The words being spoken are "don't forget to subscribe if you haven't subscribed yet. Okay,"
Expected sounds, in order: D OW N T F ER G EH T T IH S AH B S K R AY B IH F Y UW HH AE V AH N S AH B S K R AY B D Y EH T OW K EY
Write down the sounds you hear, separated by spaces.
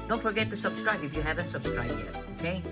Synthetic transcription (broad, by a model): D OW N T F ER G EH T T IH S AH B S K R AY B IH F Y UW HH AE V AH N S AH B S K R AY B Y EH OW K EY